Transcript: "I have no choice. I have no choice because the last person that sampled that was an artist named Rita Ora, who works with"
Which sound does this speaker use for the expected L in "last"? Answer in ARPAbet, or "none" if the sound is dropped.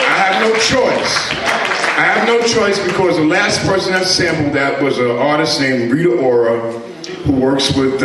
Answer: L